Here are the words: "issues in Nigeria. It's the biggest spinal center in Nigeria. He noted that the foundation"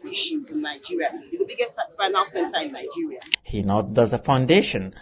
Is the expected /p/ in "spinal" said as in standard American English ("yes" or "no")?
no